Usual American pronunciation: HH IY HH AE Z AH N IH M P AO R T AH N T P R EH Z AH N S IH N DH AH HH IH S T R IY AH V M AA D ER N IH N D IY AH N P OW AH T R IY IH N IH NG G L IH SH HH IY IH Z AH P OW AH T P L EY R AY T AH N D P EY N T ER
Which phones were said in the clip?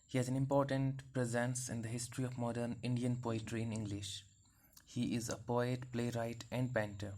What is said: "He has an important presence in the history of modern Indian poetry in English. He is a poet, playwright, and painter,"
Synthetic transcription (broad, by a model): HH IY HH AE Z AH N IH M P AO R T AH N T P R EH Z AH N S IH N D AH HH IH S T R IY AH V M AA D ER N IH N D IY AH N P OW AH T R IY IH N IH NG G L IH SH HH IY IH Z AH P OW AH T P L EY R AY T AH N D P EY N T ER